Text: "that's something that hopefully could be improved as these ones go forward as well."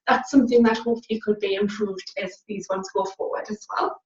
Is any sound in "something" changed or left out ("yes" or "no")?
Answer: no